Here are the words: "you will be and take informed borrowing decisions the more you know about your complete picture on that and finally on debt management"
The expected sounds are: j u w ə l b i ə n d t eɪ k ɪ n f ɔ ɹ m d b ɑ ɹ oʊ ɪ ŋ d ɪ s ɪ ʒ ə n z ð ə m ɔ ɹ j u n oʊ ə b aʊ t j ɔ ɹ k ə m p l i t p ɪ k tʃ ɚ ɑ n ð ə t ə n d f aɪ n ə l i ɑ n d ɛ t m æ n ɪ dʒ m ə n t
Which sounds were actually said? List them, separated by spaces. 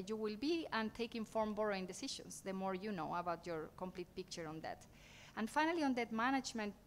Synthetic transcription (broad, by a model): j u w ə l b i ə n t eɪ k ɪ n f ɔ ɹ m b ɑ ɹ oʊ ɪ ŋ d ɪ s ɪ ʃ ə n s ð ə m ɔ ɹ j u n oʊ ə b aʊ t j ɔ ɹ k ə m p l i t p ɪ k tʃ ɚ ɑ n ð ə t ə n f aɪ n ə l i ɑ n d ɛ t m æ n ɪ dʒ m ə n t